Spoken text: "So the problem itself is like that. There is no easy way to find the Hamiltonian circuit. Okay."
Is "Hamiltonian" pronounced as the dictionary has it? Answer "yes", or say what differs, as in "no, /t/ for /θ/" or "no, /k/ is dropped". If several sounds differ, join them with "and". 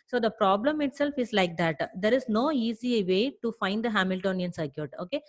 yes